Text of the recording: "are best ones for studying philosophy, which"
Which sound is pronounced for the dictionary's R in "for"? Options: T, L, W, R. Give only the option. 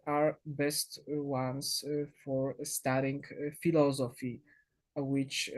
R